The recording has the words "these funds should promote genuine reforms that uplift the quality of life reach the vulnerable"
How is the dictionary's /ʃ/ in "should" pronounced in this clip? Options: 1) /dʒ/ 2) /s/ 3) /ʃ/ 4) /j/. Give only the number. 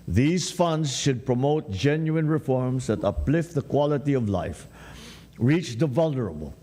3